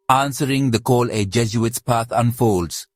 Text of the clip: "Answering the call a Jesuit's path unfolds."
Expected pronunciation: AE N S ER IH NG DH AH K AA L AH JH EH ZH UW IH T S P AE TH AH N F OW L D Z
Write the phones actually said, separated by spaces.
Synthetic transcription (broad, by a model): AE N S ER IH NG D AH K AA L AH JH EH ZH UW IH T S P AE T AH N F OW L D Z